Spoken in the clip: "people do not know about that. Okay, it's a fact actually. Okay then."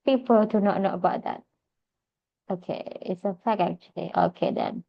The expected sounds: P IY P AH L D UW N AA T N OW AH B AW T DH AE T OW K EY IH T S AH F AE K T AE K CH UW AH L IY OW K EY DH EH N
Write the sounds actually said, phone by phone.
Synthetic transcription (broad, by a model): P IY P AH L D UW N AA T N OW AH B AW T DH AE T OW K EY IH T S AH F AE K AE K CH UW AH L IY OW K EY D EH N